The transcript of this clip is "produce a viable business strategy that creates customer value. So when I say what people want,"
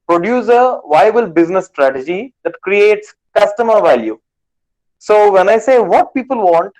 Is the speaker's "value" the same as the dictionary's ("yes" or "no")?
yes